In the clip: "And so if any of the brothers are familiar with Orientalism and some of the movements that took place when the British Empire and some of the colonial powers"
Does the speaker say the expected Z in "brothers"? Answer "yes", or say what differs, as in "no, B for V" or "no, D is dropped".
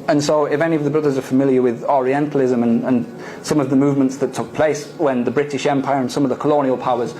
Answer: yes